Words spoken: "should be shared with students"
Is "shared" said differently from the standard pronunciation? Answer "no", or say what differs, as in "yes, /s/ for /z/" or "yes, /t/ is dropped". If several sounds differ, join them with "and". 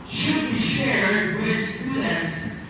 no